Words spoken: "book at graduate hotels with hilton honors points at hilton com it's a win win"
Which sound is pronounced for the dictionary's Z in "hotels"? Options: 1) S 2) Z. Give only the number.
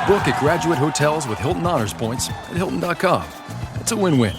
2